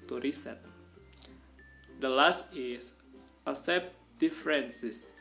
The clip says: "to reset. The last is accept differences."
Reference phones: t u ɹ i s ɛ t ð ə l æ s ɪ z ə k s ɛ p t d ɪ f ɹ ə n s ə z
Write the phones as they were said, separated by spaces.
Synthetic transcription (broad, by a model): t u ɹ i s ɛ t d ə l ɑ s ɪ s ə s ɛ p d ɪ f ɹ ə n s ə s